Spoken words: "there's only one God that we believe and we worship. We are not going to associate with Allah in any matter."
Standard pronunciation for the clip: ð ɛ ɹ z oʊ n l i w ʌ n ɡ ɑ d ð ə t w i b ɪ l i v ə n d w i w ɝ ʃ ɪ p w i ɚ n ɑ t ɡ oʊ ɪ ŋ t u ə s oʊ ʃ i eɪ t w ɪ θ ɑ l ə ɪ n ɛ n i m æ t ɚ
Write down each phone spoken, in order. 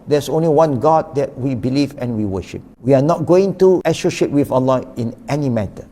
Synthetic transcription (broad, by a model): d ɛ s oʊ n l i w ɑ n ɡ ɑ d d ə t w i b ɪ l i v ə n w i w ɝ ʃ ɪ p w i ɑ n ɑ t ɡ oʊ ɪ ŋ t u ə ʃ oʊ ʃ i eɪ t w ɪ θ ɑ l ə ɪ n ɛ n i m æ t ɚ